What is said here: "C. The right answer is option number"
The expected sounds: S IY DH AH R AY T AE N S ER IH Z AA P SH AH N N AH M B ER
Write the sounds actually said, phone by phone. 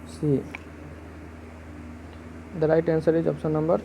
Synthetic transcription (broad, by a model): S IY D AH R AY T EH N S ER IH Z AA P S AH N N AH M B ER